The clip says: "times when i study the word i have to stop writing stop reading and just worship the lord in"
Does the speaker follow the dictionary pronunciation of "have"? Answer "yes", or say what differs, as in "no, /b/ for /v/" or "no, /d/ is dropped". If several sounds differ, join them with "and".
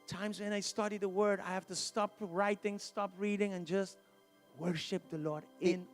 no, /f/ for /v/